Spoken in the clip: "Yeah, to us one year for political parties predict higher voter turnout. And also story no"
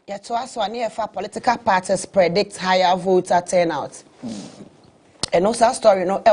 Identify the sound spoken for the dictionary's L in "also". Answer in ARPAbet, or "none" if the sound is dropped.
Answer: none